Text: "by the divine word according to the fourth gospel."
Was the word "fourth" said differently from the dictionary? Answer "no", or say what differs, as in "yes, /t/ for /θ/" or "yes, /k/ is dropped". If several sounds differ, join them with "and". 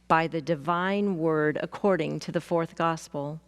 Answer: no